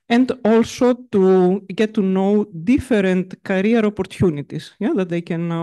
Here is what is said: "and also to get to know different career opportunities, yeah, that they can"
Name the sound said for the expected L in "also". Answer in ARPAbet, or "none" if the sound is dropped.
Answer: L